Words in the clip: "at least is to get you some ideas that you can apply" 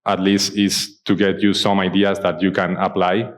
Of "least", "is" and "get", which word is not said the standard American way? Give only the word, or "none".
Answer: is